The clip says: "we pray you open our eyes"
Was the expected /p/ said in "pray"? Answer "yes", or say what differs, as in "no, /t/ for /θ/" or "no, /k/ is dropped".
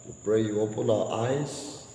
no, /b/ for /p/